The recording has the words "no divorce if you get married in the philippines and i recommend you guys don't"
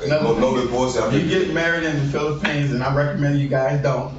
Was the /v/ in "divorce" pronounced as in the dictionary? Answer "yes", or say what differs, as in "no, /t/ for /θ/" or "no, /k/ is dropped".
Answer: no, /b/ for /v/